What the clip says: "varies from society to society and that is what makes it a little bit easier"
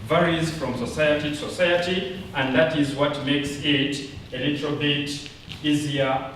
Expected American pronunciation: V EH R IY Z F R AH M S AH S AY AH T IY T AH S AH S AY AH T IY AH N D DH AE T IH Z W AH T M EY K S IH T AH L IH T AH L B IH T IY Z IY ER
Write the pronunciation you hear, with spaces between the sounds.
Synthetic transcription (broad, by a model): V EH R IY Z F R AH M S AH S AY AH T IY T S AH S AY AH T IY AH N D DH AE T IH Z W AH T M EY K S IH T AH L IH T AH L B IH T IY Z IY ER